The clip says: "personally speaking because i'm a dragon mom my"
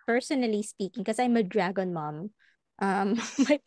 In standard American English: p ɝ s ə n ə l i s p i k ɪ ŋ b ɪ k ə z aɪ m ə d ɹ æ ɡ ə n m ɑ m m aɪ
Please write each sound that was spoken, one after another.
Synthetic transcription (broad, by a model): p ɝ s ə n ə l i s p i k ɪ ŋ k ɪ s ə aɪ m ə d ɹ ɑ ɡ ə n m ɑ m m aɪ